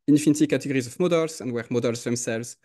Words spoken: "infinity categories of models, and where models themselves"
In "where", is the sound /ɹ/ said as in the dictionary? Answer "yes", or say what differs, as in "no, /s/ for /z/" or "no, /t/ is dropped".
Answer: yes